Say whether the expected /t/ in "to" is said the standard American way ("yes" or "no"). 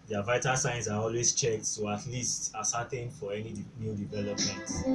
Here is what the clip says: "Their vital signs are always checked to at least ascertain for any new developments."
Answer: no